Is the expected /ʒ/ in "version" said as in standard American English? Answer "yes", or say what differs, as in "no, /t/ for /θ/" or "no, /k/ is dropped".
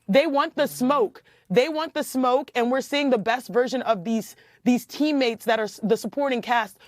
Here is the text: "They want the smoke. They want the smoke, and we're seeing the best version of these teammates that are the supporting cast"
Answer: yes